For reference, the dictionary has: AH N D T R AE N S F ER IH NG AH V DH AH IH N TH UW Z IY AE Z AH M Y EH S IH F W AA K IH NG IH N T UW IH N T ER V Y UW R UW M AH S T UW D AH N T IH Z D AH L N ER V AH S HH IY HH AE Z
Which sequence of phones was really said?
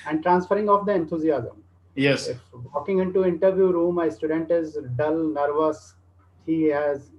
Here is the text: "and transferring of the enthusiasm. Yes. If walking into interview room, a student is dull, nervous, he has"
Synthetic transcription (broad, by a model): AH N D T R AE N S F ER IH NG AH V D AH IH N T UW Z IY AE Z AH M Y EH S IH F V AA K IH NG IH N T UW IH N T ER V Y UW R UW M AH S T UW D AH N T IH Z D AH L N ER V AH S HH IY HH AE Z